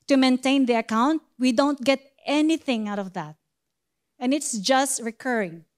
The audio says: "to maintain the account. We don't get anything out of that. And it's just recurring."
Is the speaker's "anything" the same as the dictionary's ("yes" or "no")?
yes